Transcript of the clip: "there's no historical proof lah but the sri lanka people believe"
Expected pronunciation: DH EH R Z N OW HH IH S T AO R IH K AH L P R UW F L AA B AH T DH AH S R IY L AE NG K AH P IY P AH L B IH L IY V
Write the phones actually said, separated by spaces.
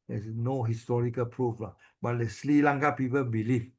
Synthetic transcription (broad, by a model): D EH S N OW HH IH S T AO R IH K AH L P R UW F L AA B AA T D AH S L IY L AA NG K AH P IY P AH L B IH L IY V